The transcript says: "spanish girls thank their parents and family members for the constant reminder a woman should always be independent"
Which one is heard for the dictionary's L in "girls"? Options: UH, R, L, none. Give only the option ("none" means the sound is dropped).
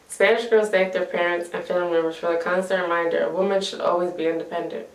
none